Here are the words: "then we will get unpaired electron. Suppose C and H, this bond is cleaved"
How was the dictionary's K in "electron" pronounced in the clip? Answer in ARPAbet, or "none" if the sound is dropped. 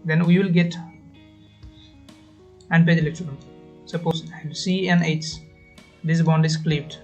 none